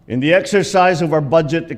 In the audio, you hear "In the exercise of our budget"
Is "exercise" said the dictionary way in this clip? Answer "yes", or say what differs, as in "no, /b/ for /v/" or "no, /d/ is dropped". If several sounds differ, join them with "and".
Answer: yes